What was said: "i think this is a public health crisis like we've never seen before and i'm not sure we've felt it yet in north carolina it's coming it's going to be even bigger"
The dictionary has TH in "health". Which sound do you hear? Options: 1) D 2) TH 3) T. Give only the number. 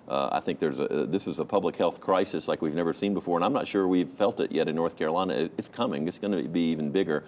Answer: 2